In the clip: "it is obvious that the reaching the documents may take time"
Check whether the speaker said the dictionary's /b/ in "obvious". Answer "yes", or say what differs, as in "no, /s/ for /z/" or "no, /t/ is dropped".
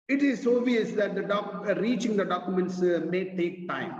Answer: no, /b/ is dropped